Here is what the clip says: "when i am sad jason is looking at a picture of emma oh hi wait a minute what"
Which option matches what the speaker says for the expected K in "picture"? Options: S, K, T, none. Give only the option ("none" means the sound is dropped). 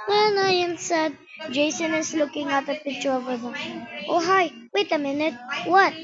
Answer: none